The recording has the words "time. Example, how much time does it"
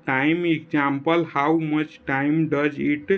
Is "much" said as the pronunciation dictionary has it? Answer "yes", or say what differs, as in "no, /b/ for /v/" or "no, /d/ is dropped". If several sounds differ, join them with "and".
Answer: yes